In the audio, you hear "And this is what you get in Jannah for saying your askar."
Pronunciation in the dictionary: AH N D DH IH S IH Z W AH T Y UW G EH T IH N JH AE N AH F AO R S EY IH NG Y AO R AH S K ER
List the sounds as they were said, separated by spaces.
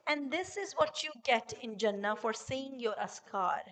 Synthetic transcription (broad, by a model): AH N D IH S IH Z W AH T Y UW G EH T IH N JH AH N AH F AO R S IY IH NG Y AO R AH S K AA